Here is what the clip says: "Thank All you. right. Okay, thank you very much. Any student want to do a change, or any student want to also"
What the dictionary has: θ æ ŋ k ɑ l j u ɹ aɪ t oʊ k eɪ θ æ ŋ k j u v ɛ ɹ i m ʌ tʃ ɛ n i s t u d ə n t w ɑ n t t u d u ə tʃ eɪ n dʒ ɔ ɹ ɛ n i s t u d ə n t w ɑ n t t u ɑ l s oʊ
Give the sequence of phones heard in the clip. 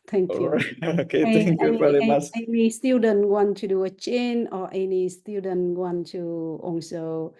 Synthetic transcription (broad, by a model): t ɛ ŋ k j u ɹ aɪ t oʊ k eɪ t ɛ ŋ k j u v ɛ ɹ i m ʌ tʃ ɛ n i s t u d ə n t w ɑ n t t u d u ə tʃ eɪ n ɔ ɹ ɛ n i s t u d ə n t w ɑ n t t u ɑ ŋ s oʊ